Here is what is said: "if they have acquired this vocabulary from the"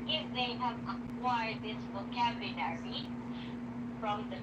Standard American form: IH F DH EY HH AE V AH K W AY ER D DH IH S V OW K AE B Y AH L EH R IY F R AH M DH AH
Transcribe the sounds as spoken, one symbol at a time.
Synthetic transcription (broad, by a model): IH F DH EY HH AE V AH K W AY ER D DH IH S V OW K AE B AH N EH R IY F R AH M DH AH